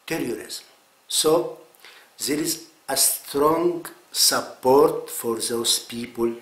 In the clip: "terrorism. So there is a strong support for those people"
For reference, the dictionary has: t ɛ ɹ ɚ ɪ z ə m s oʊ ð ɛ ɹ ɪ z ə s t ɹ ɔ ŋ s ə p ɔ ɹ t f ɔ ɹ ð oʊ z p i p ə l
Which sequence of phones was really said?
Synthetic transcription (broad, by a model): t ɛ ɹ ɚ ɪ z m s oʊ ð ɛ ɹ ɪ z ə s t ɹ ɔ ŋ s ə p ɔ ɹ t f ɔ ɹ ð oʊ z p i p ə l